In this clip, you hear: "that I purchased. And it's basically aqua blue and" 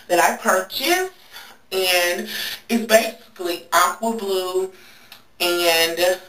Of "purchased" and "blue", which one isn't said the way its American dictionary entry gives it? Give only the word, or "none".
purchased